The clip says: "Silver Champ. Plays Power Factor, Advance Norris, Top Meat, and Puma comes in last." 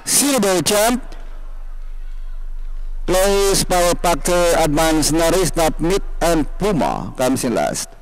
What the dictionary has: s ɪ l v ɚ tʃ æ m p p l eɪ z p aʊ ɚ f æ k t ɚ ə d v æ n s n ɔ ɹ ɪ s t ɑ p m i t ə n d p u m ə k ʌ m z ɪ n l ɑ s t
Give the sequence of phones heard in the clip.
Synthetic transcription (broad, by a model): s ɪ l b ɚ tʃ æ m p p l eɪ s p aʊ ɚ p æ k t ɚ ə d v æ n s n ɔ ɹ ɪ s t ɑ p m i t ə n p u m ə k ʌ m s ɪ n l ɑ s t